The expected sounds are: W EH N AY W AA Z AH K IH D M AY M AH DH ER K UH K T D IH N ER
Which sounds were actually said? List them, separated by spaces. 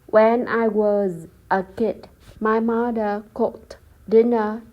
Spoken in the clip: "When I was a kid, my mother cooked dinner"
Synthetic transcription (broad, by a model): W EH N AY W AA Z AH K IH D M AY M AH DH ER K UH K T D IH N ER